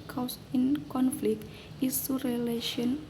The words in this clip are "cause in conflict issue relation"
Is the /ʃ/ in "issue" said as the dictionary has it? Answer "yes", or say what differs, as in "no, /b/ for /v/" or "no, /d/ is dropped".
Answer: no, /s/ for /ʃ/